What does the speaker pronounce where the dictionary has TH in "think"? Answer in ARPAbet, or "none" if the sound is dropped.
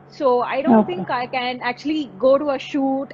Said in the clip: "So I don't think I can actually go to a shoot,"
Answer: T